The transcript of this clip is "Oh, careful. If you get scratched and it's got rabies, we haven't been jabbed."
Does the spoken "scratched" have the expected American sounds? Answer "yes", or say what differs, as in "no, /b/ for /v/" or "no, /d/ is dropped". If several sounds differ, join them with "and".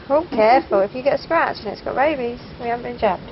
no, /t/ is dropped